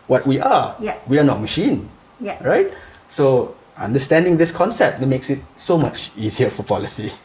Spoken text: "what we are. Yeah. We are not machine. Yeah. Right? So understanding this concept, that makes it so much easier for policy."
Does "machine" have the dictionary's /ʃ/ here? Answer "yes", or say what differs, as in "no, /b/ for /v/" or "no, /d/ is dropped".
yes